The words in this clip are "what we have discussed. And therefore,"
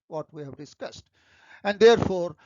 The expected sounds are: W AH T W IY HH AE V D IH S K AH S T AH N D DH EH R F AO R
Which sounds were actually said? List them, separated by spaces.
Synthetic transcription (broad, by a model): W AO T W IY HH AE V D IH S K AH S T AH N D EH R F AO R